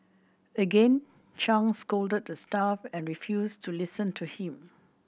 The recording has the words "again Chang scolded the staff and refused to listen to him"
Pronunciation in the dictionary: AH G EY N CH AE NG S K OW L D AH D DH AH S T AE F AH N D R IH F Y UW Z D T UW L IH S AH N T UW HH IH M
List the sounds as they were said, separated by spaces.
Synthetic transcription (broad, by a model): AH G EY N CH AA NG S K OW L D AH D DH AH S T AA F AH N R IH F Y UW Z T UW L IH S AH N T UW HH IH M